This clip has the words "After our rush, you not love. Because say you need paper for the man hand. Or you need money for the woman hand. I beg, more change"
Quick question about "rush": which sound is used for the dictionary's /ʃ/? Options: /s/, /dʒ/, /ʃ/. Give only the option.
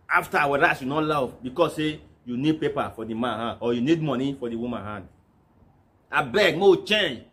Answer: /s/